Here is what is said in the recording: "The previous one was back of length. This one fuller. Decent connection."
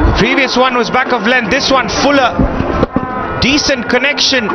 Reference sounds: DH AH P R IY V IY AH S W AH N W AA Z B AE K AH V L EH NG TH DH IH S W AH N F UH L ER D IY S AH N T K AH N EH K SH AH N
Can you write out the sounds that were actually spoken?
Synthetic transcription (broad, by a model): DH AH P R IY V IY AH S W AH N W AA Z B AE K AH V L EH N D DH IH S W AH N F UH L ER D IY S AH N T K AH N EH K SH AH N